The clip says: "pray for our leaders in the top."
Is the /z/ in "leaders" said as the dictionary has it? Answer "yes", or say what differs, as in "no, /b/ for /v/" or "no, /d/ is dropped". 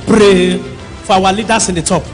no, /s/ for /z/